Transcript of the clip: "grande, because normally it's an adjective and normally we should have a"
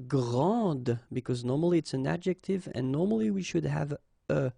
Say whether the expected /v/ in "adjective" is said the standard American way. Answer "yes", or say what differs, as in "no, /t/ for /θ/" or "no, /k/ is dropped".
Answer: yes